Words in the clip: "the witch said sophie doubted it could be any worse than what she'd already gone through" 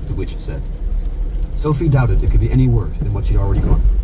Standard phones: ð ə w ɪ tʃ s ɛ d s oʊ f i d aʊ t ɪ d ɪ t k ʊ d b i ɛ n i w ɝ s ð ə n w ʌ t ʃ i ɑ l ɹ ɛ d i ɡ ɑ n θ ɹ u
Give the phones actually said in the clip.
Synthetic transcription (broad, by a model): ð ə w ɪ tʃ s ɛ d s oʊ f i d aʊ t ɪ d ɪ t k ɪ d b i ɛ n i w ɝ s ð ə n w ʌ t ʃ i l ɹ ɛ d i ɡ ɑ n